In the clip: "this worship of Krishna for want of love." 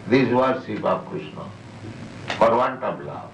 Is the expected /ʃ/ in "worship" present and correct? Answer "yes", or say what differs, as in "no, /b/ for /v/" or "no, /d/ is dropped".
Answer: no, /s/ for /ʃ/